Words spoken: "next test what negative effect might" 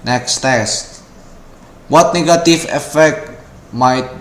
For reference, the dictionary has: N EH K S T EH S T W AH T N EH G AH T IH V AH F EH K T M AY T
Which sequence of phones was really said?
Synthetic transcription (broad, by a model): N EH K S T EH S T W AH T N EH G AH T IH F AH F EH K T M AY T